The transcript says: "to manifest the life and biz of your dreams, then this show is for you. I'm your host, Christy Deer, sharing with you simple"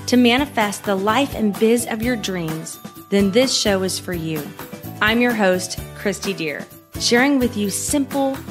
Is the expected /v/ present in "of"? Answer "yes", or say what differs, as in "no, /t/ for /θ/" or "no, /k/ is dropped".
yes